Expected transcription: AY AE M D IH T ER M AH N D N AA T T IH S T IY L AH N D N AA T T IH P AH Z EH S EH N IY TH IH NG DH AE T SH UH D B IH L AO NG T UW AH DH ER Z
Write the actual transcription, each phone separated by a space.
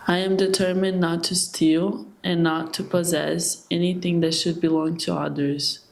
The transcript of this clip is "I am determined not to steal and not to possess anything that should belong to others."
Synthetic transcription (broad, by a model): AY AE M D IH T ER M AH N N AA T T IH S T IY L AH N N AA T T IH P AH Z EH S EH N IY TH IH NG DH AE T SH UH D B IH L AO NG T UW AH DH ER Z